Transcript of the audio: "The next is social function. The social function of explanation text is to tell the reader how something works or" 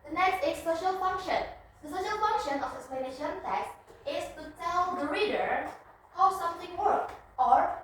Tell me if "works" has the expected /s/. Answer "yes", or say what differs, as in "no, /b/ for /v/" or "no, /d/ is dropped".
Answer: no, /s/ is dropped